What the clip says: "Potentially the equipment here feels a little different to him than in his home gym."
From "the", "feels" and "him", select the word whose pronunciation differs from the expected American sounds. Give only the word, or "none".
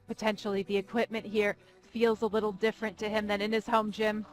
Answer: none